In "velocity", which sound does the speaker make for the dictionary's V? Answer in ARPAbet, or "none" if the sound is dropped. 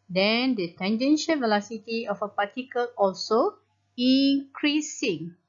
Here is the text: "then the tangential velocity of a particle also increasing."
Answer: V